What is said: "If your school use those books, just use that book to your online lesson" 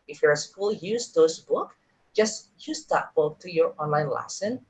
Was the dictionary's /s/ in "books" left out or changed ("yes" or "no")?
yes